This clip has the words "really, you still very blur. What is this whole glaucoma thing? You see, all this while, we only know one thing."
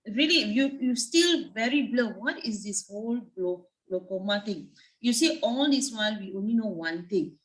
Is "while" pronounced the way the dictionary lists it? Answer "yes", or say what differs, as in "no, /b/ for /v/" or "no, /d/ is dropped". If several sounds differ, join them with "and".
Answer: no, /n/ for /l/